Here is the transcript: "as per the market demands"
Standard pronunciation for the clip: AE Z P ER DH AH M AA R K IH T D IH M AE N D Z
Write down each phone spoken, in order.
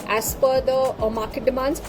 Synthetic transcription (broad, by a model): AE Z F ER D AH M AA R K IH T D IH M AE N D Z